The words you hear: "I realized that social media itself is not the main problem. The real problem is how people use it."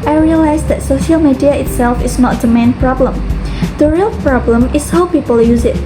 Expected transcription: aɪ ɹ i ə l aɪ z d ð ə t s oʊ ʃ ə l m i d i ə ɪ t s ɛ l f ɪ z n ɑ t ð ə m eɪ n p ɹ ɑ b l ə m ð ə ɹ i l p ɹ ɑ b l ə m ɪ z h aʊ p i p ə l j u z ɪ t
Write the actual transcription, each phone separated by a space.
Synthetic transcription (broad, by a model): aɪ ɹ i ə l aɪ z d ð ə t s oʊ ʃ ə l m i d i ə ɪ t s ɛ l f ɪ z n ɑ t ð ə m eɪ n p ɹ ɑ b l ə m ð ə ɹ i l p ɹ ɑ b l ə m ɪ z h aʊ p i p ə l j u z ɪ t